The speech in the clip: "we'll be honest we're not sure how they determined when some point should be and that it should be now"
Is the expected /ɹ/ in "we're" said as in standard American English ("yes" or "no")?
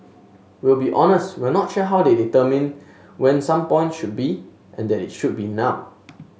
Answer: no